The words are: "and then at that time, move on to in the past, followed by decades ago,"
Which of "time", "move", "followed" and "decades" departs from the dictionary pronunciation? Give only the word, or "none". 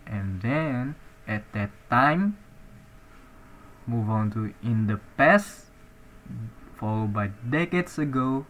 decades